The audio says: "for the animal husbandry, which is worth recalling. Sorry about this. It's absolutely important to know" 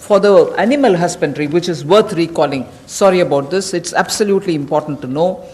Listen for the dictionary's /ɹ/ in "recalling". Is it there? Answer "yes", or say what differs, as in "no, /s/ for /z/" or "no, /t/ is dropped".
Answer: yes